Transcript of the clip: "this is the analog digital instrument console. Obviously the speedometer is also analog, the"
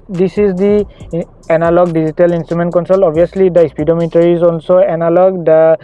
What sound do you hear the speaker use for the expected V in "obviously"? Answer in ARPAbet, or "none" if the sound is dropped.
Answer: none